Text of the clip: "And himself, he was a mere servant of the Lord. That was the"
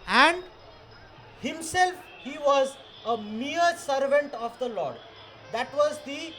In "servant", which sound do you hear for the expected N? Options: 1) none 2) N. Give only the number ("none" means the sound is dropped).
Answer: 2